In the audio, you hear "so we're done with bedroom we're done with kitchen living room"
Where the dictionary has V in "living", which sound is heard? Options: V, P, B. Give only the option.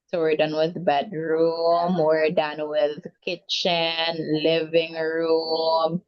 V